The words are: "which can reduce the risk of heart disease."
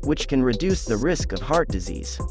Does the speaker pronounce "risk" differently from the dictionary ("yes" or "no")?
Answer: no